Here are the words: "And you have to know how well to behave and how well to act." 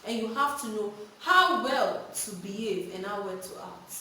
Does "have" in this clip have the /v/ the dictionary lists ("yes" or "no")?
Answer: no